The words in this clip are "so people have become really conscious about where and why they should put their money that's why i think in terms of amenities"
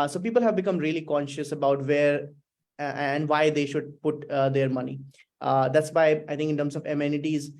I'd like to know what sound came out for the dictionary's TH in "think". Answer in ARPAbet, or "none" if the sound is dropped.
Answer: T